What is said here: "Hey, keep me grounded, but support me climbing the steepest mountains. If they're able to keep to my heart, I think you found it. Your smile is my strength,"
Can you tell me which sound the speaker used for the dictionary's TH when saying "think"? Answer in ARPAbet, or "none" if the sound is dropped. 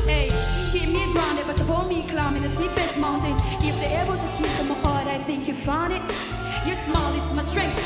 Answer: TH